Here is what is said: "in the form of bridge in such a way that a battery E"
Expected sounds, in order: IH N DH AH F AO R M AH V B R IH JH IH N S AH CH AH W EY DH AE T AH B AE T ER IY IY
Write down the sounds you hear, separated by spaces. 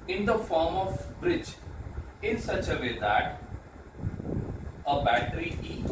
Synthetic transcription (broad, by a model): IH N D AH F AO R M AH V B R IH JH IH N S AH CH AH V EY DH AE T AH B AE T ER IY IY